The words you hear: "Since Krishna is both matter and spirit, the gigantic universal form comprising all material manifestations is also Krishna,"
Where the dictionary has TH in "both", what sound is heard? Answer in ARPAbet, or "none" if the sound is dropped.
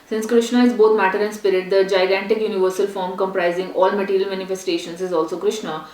T